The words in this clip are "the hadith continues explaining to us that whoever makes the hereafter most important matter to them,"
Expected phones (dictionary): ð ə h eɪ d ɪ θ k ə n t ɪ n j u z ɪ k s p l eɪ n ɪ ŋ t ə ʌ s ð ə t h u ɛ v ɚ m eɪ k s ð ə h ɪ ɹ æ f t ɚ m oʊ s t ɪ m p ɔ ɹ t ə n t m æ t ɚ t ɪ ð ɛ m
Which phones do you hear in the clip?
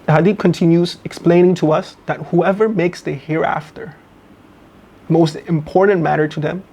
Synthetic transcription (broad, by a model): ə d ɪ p k ə n t ɪ n j u z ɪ k s p l eɪ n ɪ ŋ t ə ʌ s ð ə t h u ɛ v ɚ m eɪ k s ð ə h ɪ ɹ æ f t ɚ m oʊ s t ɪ m p ɔ ɹ t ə n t m æ t ɚ t ɪ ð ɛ m